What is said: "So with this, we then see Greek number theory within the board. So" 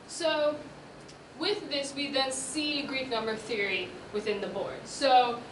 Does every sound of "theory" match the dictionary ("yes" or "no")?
yes